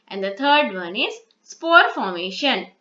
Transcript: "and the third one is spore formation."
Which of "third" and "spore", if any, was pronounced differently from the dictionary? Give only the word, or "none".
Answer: third